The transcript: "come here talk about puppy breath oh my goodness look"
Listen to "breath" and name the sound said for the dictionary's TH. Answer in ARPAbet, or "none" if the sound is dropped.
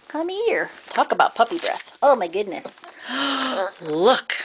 TH